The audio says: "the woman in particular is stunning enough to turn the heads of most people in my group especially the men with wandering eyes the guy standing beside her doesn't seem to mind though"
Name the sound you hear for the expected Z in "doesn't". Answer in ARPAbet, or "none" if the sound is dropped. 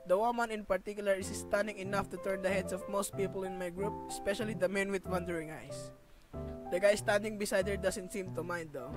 S